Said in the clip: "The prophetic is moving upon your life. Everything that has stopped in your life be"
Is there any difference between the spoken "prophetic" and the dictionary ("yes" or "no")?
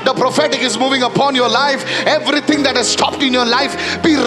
no